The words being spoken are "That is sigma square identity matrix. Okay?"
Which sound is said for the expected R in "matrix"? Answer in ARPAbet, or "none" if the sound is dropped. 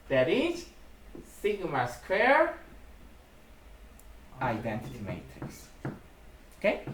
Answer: none